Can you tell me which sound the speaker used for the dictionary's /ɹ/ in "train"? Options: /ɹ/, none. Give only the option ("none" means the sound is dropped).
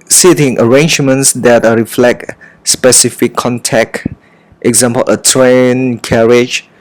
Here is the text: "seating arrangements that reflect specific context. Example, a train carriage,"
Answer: /ɹ/